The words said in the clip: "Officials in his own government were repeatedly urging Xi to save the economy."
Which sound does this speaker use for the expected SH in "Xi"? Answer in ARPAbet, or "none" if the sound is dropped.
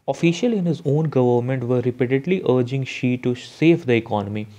SH